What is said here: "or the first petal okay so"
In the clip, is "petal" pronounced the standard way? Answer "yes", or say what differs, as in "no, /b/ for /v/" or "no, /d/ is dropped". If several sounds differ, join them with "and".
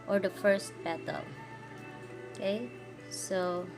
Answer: no, /b/ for /p/